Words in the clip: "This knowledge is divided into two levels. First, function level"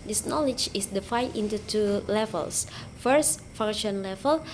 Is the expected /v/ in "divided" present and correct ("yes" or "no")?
no